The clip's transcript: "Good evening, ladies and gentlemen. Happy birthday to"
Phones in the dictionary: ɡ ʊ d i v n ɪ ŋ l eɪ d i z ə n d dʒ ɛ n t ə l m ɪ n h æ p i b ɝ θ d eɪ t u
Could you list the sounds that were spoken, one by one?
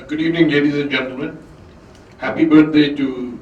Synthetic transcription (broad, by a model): ɡ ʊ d i v n ɪ ŋ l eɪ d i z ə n dʒ ɛ n t ə l m ɪ n h æ p i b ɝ t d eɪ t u